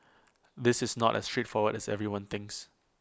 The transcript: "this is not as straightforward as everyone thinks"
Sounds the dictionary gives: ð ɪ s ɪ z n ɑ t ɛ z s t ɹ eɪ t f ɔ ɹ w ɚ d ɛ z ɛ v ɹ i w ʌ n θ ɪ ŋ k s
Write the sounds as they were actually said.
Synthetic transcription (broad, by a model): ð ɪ s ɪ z n ɑ t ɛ s t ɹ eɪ t f ɔ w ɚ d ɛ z ɛ v ɹ i w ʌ n θ ɪ ŋ k s